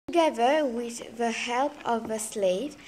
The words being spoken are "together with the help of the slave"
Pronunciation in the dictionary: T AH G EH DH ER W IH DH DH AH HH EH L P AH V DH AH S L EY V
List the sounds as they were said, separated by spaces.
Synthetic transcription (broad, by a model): G EH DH ER W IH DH DH AH HH EH L P AH V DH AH S L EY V